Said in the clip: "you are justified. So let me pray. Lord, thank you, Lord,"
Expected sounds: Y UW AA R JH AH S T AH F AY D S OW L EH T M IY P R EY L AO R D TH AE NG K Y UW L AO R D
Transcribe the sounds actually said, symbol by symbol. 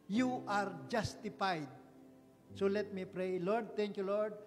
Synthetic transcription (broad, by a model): Y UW AA R JH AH S T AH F AY D S OW L EH T M IY P R EY L AO R D T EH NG K Y UW L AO R D